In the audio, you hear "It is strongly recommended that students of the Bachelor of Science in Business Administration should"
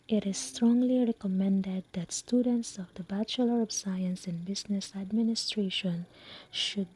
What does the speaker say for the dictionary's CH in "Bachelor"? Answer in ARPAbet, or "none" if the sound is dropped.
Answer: CH